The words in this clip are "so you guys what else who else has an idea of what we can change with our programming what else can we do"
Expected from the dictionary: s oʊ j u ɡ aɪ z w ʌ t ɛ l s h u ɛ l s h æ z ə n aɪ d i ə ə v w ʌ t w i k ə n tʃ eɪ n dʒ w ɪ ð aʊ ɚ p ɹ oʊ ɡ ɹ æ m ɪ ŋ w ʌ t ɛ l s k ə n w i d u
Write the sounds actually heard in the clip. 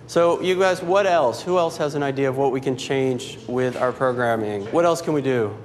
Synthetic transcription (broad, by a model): s oʊ j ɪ ɡ aɪ z w ʌ t ɛ l s h u ɛ l s h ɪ z ə n aɪ d i ə ə v w ʌ t w i k ə n tʃ eɪ n dʒ w ɪ ð aʊ ɚ p ɹ oʊ ɡ ɹ æ m ɪ ŋ w ʌ t ɛ l s k ə n w i d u